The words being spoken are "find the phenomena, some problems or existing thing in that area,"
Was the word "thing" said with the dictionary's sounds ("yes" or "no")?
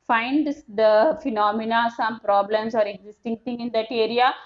no